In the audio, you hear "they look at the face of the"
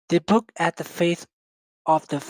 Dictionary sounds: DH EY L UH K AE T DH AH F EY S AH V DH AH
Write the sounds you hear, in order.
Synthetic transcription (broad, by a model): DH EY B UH K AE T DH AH F EY TH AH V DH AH